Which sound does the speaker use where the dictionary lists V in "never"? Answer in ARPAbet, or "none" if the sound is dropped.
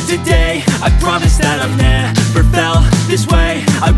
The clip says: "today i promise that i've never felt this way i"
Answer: F